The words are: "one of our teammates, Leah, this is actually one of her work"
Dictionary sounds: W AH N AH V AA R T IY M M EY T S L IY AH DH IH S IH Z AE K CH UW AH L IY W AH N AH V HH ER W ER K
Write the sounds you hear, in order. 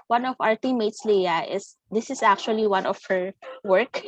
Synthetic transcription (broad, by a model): W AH N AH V AA R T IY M M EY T S L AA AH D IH S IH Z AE K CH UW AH L IY W AH N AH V HH ER W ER K